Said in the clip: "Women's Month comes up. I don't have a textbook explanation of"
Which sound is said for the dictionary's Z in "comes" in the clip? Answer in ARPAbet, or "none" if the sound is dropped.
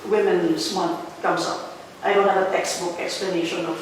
S